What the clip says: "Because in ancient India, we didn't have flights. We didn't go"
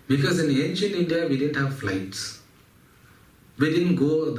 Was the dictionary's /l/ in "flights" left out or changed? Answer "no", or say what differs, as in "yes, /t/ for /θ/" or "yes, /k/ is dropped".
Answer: no